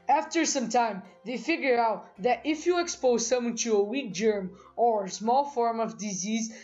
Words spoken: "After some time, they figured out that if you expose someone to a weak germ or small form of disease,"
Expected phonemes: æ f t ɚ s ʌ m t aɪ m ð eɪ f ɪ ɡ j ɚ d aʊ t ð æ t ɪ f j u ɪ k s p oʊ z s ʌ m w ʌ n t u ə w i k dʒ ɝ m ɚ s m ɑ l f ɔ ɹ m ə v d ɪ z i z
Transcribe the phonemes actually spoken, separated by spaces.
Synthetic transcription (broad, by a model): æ f t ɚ s ʌ m t aɪ m ð eɪ f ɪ ɡ j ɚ aʊ t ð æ t ɪ f j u ɪ k s p oʊ z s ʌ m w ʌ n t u ə w i k dʒ ɝ m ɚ s m ɑ l f ɔ ɹ m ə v d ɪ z i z